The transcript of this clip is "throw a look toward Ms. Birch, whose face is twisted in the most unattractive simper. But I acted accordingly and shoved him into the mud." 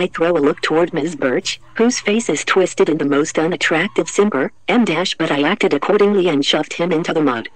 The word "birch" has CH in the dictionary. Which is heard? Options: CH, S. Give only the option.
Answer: CH